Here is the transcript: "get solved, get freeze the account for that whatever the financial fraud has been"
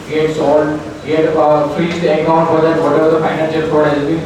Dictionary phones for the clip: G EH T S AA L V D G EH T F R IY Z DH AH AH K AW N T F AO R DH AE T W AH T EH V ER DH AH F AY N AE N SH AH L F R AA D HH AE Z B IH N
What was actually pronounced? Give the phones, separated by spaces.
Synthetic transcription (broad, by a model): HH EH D S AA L D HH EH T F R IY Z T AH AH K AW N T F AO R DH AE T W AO T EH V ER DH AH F AY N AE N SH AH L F AA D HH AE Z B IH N